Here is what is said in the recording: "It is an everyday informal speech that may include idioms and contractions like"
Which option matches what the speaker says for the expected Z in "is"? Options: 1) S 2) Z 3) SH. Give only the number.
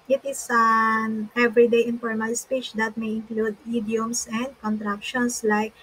1